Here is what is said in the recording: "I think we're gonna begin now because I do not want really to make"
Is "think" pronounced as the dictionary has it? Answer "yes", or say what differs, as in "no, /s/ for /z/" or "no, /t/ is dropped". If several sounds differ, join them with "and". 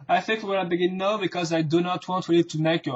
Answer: yes